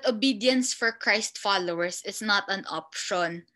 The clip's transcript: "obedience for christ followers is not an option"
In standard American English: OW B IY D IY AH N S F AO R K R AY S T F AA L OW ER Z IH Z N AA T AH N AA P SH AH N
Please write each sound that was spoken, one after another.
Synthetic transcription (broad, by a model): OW B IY D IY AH N S F AO R K R AY S T F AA L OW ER S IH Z N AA T AH N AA P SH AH N